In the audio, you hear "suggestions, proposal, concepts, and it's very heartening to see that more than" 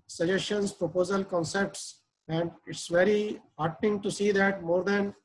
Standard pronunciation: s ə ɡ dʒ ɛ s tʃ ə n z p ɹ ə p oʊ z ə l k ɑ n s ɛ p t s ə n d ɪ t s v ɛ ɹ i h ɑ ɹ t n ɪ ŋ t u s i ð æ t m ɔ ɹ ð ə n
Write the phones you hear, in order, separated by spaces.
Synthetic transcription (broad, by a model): s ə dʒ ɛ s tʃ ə n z p ɹ ə p oʊ z ə l k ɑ n s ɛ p t s ə n d ɪ t s v ɛ ɹ i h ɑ ɹ t ɪ ŋ t u s i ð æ t m ɔ ɹ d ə n